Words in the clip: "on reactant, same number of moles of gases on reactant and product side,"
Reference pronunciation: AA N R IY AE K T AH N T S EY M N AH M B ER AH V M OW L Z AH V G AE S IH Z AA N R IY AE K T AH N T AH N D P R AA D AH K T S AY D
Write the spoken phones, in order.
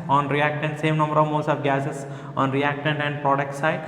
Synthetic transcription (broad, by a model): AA N R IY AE K T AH N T S EY M N AH M B ER AH V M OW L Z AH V G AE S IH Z AA N R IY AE K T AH N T AH N D P R AA D AH K T S AY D